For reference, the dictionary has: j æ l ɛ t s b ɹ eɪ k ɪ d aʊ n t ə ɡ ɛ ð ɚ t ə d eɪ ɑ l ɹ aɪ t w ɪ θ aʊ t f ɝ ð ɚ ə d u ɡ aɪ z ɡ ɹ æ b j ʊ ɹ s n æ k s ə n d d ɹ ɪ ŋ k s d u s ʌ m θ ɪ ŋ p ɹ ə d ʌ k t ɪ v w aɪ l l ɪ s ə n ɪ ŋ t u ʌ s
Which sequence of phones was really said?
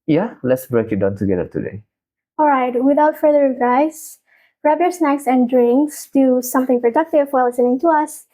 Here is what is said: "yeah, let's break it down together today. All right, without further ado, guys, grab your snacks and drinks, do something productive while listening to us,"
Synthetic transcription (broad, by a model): j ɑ l ɛ t s b ɹ eɪ k ɪ d aʊ n t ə ɡ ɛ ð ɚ t ə d eɪ ɑ l ɹ aɪ t w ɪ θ aʊ t f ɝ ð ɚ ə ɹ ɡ aɪ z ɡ ɹ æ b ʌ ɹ s n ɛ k s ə n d d ɹ ɪ ŋ k s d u s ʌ m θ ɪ ŋ p ɹ ə d ʌ k t ɪ v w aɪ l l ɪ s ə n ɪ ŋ t u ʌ s